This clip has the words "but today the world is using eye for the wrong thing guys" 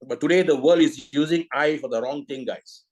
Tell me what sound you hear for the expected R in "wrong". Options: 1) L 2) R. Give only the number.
2